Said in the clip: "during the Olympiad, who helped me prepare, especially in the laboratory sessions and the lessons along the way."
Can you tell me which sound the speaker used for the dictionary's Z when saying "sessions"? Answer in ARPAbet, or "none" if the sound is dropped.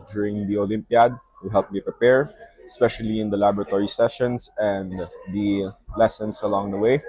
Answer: S